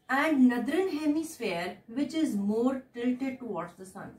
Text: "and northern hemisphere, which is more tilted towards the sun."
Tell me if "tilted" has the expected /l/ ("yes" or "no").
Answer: no